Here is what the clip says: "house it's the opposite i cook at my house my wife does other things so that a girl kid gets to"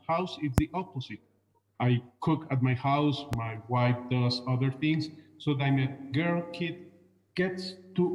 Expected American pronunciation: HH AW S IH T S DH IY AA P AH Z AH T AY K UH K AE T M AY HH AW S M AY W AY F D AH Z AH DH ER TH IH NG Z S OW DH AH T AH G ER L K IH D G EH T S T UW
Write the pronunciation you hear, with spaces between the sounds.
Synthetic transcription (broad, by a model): HH AW S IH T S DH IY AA P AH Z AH T AY K UH K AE T M AY HH AW S M AY W AY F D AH S AH DH ER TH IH NG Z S OW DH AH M AH G ER L K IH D G EH T S T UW